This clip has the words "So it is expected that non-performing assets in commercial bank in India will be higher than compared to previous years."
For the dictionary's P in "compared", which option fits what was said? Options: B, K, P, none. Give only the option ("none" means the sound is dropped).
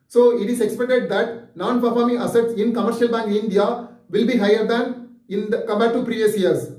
B